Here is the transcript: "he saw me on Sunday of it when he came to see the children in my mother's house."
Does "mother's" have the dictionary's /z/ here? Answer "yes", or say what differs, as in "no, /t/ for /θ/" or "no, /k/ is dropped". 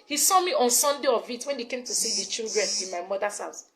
no, /s/ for /z/